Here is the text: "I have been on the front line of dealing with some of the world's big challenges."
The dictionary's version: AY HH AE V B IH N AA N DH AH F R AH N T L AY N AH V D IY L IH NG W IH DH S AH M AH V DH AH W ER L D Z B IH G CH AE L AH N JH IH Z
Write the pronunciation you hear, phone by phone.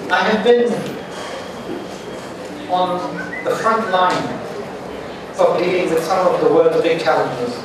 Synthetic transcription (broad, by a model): AY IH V B IH N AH N DH AH F R AH N T L AY N AH V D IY IH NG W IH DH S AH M AH V DH AH W ER L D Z B IH G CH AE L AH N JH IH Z